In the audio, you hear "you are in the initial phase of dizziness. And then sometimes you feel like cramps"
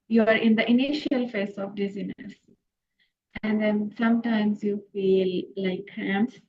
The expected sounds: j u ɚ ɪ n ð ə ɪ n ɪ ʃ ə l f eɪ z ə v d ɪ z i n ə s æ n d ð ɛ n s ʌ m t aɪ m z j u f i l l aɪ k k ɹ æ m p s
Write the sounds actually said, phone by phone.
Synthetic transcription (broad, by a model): j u ɚ ɪ n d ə ɪ n ɪ ʃ ə l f eɪ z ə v d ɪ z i n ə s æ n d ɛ n s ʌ m t aɪ m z j u f i l l aɪ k k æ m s